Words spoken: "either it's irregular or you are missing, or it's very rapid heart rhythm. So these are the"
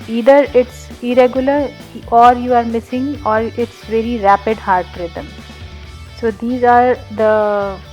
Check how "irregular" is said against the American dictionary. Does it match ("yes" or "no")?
yes